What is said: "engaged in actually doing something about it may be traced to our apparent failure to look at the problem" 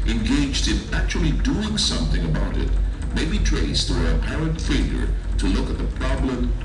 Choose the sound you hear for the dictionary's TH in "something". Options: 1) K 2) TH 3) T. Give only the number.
2